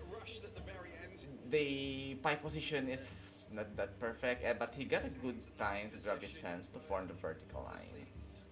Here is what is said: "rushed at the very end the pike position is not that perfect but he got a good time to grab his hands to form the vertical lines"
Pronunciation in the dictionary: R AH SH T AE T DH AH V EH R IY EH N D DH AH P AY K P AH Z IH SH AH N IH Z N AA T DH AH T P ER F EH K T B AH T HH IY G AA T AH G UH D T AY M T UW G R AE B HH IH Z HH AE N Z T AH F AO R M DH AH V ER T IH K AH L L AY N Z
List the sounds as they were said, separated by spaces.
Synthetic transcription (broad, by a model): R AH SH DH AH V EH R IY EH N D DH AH P AY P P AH S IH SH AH N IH S N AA T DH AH T P ER F EH K T B AH T HH IY G AA T AH G UH D T AY M T UW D R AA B HH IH S HH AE N S T AH F AO R M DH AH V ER T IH K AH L L AY N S